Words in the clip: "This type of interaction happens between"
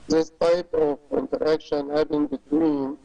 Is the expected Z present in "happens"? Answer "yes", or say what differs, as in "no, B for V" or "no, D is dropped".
no, Z is dropped